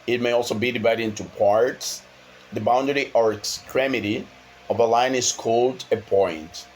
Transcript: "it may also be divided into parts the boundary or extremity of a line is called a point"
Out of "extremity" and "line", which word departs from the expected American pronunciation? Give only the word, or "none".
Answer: none